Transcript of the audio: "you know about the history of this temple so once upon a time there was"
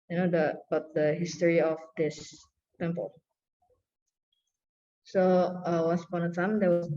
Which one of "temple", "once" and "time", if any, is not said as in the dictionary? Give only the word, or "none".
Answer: once